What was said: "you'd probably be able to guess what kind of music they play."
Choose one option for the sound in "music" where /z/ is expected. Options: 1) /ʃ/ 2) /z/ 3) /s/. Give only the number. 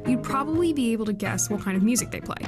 2